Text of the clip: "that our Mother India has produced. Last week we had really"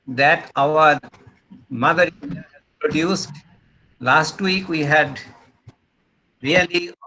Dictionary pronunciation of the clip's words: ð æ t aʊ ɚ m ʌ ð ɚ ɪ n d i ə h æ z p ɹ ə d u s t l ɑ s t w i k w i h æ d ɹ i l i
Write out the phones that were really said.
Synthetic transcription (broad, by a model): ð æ t aʊ ɚ m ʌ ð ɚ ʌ d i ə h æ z p ɹ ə d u s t l ɑ s t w i k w i h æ d ɹ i l i